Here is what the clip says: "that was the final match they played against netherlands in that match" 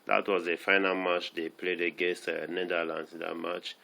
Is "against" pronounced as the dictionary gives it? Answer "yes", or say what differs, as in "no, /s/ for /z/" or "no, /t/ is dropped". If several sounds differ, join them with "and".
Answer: no, /n/ is dropped